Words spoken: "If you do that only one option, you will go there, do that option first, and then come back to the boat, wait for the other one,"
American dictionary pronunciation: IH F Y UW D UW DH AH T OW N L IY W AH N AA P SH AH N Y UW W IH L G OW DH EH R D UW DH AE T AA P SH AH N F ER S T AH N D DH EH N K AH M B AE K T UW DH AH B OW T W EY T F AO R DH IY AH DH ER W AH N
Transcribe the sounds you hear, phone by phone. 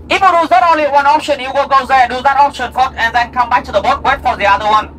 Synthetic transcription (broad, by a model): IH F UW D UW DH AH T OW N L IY W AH N AA P SH AH N Y UW W IH L G OW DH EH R D UW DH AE T AA P SH AH N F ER T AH N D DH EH N K AH M B AE K T UW DH AH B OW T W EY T F AO R DH IY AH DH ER W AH N